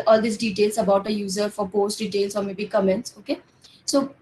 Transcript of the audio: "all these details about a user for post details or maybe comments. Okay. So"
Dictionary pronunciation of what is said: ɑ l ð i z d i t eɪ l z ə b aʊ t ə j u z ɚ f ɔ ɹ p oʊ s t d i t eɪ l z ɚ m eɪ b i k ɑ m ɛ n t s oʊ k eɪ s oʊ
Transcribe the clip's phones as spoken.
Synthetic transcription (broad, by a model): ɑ l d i s d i t eɪ l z ə b aʊ t ə j u z ɚ f ɔ ɹ p oʊ s t d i t eɪ l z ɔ m eɪ b i k ɑ m ɛ n t s oʊ k eɪ s oʊ